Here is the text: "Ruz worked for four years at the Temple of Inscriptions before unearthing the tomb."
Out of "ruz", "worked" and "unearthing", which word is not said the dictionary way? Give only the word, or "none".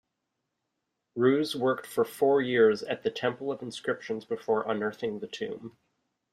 none